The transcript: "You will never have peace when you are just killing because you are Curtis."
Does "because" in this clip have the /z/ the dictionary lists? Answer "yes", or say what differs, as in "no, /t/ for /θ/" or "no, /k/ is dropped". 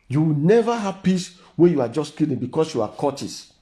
no, /s/ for /z/